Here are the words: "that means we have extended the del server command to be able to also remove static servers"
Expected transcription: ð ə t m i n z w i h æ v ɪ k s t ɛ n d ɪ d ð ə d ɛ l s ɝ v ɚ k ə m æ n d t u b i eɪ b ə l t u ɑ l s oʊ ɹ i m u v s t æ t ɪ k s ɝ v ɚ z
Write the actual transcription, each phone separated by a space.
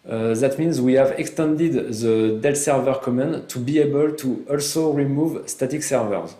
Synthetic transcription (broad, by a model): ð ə t m i n z w i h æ v ɪ k s t ɛ n d ɪ d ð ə d ɛ l s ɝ v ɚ k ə m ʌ n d t u b i eɪ b ə l t u ɑ l s oʊ ɹ i m u v s t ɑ t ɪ k s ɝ v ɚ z